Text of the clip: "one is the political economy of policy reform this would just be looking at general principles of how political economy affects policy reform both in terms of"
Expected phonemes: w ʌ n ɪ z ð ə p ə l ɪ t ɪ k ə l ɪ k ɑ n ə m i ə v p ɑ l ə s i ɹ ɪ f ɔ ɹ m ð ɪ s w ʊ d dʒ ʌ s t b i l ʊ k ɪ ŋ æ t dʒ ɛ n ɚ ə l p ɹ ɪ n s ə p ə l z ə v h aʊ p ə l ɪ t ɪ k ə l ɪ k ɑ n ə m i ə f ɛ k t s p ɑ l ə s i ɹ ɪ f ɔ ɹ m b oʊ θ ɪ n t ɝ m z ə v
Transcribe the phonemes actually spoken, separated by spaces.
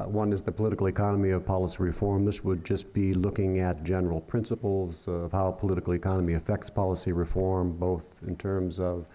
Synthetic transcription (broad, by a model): w ʌ n ɪ z ð ə p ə l ɪ t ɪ k l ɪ k ɑ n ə m i ə v p ɑ l ə s i ɹ ɪ f ɔ ɹ m ð ɪ s w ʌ d dʒ ʌ s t b i l ʊ k ɪ ŋ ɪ t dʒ ɛ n ɚ l p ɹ ɪ n s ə p l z ə v h aʊ p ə l ɪ t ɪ k l ɪ k ɑ n ə m i ə f ɛ k t s p ɑ l ə s i ɹ ɪ f ɔ ɹ m b oʊ θ ɪ n t ɝ m z ə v